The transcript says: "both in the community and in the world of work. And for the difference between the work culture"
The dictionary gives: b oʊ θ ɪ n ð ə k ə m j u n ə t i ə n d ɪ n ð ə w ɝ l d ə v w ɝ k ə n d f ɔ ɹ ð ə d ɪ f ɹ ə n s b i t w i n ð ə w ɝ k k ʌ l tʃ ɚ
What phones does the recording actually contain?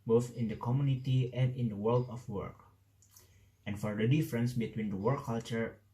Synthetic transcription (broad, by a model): b oʊ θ ɪ n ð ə k ə m j u n ə t i ə n d ɪ n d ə w ɝ l d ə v w ɝ k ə n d f ɔ ɹ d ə d ɪ f ɹ ə n s b i t w i n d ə w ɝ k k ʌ l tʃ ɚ